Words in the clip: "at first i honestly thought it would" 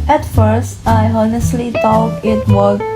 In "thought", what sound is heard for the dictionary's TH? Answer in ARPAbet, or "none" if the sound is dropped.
T